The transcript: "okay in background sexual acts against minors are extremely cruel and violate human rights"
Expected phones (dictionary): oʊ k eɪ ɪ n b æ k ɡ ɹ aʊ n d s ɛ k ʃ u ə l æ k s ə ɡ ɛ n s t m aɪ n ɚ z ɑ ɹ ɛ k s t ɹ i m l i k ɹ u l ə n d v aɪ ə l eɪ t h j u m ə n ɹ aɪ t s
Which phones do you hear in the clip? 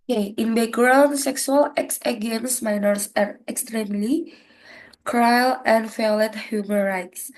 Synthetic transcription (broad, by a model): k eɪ ɪ n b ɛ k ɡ ɹ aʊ n s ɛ k s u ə l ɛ k s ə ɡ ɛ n s m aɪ n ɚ s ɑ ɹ ɛ k s t ɹ i m l i k ɹ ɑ l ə n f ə l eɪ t h j u m ə n ɹ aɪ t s